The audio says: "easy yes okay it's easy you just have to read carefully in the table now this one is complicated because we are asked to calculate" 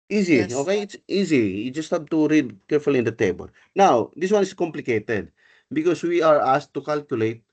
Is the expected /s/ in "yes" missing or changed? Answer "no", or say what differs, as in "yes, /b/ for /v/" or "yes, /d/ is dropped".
yes, /s/ is dropped